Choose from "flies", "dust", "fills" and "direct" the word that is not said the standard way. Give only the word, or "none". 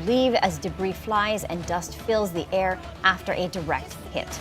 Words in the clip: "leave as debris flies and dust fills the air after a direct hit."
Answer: none